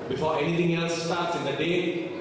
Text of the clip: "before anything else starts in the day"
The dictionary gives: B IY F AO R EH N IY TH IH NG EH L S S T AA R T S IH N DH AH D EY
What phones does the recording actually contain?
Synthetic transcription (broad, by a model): B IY F AO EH N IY T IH NG EH L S S T AA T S IH N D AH D EY